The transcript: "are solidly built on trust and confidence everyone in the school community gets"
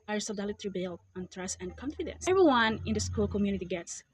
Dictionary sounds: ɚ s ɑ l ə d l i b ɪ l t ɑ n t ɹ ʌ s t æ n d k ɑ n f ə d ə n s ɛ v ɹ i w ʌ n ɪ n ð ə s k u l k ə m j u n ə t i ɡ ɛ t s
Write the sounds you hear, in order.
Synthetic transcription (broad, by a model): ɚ s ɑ l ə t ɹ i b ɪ l ɑ n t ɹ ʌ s æ n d k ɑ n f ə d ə n s ɛ v ɹ i w ʌ n ɪ n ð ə s k u l k ə m j u n ə t i ɡ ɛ t s